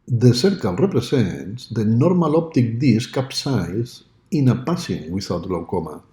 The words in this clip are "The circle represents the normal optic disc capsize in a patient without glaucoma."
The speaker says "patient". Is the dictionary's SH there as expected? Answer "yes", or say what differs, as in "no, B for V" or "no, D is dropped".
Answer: no, S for SH